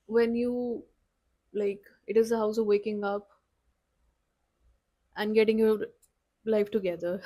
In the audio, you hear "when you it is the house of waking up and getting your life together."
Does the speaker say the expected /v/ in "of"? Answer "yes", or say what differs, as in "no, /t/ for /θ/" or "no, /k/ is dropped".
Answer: yes